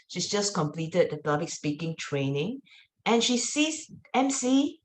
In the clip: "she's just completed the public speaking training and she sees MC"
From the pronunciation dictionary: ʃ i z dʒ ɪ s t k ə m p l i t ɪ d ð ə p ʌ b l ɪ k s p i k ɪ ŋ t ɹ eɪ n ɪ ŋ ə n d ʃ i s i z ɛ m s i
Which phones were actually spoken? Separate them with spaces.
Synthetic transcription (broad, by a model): ʃ i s dʒ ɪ s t k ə m p l i t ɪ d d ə p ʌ b l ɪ k s p i k ɪ ŋ t ɹ eɪ n ɪ ŋ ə n ʃ i s i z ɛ m s i